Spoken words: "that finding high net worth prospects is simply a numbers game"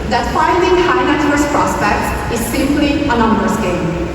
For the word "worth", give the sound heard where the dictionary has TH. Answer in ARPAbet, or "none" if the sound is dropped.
S